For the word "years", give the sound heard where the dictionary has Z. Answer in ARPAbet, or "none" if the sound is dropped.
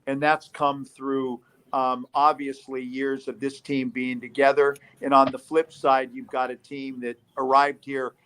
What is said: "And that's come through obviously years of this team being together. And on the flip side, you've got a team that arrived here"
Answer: Z